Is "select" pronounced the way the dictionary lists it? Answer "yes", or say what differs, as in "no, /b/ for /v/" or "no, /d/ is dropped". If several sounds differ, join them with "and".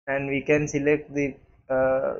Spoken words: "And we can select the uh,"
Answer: yes